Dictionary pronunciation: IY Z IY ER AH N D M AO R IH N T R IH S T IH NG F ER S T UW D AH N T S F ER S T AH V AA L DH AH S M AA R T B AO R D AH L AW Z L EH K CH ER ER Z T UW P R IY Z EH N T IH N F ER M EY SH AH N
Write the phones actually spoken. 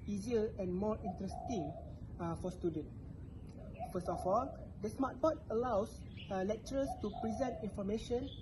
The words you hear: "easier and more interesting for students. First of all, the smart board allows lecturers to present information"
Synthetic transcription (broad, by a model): IY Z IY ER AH N M AO R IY N T R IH S T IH NG F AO S T UW D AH N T F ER S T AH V AA L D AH S M AA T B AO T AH L AW S L EH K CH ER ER S T UW P R IY Z EH N T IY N F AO M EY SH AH N